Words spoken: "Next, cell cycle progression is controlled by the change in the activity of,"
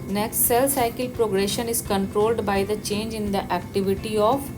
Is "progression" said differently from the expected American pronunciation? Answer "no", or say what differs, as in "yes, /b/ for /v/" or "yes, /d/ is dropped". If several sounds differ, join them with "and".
no